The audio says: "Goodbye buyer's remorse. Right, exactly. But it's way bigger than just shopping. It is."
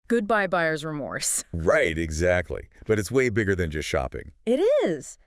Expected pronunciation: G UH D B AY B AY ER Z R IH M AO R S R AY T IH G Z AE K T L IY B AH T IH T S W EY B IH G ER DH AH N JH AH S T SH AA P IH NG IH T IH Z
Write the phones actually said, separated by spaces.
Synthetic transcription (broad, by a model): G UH D B AY B AY ER Z R IH M AO R S R AY T IH G Z AE K T L IY B AH T IH T S W EY B IH G ER DH AH N JH AH S T SH AA P IH NG IH T IH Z